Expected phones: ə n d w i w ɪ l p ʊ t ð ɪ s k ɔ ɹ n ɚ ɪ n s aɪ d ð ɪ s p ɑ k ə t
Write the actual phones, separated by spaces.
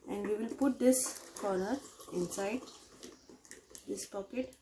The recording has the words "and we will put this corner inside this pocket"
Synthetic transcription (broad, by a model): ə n d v i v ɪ l p ʊ t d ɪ s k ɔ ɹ ɚ ɪ n s aɪ d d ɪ s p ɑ k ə t